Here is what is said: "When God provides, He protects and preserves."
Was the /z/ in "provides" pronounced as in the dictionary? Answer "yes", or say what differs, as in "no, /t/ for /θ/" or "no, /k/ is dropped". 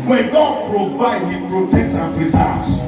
no, /z/ is dropped